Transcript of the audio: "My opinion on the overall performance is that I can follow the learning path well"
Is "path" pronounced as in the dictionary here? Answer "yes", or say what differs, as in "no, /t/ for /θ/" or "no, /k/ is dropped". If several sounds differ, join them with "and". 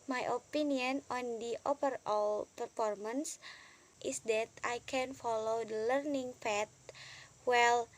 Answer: no, /f/ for /p/ and /t/ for /θ/